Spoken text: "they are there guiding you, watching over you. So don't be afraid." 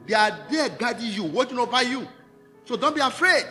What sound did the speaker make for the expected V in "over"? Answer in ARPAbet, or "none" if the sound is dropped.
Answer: P